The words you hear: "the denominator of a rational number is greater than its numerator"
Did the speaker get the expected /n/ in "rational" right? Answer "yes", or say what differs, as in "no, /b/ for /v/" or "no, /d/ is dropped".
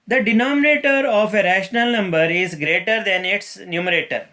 yes